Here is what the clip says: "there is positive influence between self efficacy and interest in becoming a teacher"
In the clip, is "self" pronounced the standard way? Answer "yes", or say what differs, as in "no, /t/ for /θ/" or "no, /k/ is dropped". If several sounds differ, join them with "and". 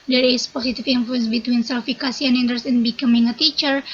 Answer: no, /f/ is dropped